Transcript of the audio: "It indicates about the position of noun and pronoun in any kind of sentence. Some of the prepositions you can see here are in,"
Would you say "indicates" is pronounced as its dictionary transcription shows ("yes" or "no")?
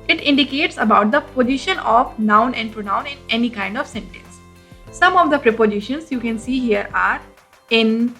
yes